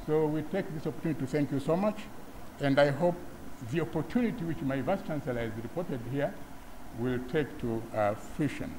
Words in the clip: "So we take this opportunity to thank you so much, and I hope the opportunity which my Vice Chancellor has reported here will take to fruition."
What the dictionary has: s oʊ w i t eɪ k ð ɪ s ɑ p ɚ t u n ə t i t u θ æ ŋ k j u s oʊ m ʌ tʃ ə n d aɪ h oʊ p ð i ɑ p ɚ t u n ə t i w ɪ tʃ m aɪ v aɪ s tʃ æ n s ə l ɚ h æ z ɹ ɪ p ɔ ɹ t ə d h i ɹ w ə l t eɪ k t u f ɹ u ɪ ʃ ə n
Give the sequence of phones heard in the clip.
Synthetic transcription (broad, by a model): s oʊ w i t eɪ k ð ɪ s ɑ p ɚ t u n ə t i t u θ æ ŋ k j u s oʊ m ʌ tʃ ə n d aɪ h oʊ p ð i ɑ p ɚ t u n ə t i w ɪ tʃ m aɪ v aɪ s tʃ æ n s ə l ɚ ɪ z ɹ ɪ p ɔ ɹ t ə d h i ɹ w ə l t eɪ k t u f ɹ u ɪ ʃ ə n